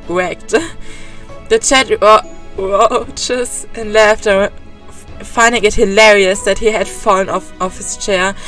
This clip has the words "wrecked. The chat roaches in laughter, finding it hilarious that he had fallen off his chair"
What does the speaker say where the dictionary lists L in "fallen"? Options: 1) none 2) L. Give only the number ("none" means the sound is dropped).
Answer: 1